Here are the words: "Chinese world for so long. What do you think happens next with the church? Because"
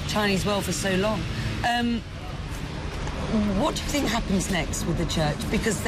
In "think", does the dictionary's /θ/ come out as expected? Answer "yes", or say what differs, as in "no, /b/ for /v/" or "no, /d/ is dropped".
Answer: yes